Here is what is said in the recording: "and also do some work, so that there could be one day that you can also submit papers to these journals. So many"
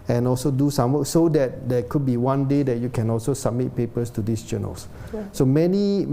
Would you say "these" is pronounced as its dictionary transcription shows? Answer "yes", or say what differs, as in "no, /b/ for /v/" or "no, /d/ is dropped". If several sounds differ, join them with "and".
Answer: no, /s/ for /z/